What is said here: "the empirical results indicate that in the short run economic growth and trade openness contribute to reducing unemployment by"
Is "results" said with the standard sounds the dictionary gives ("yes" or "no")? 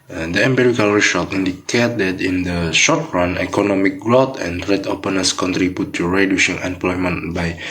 no